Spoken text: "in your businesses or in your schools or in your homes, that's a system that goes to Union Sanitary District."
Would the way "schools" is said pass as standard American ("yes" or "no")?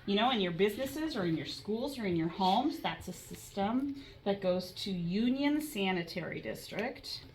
yes